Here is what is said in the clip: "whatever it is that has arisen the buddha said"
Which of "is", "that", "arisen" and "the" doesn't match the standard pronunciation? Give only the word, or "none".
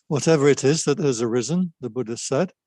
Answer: none